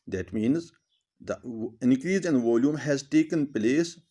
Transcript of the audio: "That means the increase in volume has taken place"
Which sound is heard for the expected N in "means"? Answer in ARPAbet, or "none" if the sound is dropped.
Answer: N